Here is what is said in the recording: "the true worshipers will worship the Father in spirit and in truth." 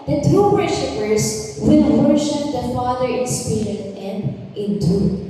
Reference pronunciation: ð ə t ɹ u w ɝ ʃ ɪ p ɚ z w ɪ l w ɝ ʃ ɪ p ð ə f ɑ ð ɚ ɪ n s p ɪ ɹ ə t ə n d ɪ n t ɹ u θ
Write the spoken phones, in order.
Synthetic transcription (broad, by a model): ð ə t u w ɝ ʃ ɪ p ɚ s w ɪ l w ɝ ʃ ɪ p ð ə f ɑ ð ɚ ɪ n s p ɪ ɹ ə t ə n d ɪ n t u